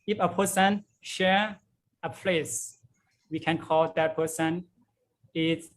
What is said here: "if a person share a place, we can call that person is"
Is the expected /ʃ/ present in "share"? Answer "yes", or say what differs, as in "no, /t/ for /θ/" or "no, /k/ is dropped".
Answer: yes